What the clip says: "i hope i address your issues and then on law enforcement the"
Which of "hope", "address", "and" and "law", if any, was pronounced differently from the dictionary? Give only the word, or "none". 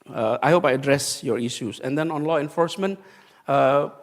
none